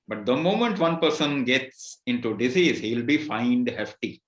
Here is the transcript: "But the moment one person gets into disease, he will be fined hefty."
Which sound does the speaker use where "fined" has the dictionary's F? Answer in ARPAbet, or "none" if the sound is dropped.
F